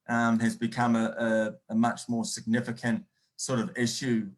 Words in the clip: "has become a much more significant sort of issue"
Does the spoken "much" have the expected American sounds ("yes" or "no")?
yes